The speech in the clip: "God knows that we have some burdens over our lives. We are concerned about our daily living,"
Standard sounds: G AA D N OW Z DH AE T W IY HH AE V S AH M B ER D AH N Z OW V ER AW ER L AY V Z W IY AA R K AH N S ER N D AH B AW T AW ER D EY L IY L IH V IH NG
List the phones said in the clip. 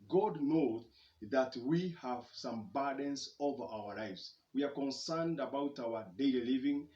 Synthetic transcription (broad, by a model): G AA D N OW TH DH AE T W IY HH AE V S AH M B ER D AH N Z OW V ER AW ER L AY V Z W IY AA R K AH N S ER N D AH B AW T AW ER D EY L IY L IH V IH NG